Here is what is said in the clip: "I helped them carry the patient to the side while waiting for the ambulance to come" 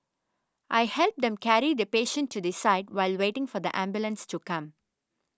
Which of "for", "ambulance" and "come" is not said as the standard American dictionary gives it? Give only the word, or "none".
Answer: none